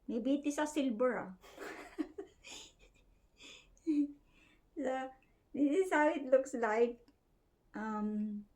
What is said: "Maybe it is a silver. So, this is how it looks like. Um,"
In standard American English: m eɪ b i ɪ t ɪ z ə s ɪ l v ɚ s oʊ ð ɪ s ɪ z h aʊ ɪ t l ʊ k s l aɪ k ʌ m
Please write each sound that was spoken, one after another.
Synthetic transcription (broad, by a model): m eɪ b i t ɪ s ə s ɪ l b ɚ s oʊ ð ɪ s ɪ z h aʊ ɪ t l ʊ k s l aɪ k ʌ m